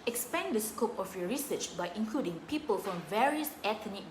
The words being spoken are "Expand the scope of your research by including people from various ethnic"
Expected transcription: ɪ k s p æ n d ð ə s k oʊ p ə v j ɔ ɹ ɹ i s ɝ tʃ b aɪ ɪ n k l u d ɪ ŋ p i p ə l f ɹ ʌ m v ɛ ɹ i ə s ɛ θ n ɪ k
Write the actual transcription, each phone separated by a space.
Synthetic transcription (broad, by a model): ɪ k s p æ n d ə s k oʊ p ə f j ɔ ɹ ɹ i s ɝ tʃ b aɪ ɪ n k l u d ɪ ŋ p i p ə l f ɹ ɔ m v ɛ ɹ i ə s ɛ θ n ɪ